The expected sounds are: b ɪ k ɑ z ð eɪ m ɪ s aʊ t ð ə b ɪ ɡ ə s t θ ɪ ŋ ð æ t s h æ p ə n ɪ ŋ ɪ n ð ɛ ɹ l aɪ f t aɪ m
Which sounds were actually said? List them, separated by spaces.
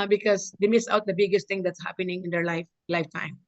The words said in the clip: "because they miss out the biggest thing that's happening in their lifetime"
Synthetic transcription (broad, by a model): b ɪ k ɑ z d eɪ m ɪ s aʊ t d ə b ɪ ɡ ə s t t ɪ ŋ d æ t s h æ p ə n ɪ ŋ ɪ n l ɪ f l aɪ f t aɪ m